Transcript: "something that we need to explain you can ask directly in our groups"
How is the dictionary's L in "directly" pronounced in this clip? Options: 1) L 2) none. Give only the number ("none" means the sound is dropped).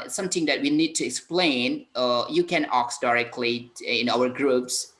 1